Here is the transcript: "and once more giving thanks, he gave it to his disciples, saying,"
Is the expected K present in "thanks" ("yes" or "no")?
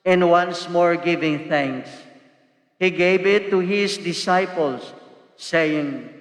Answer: yes